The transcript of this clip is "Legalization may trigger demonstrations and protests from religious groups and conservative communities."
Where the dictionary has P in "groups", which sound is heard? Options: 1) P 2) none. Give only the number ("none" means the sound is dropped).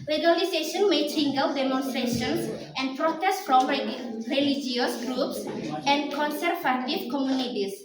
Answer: 1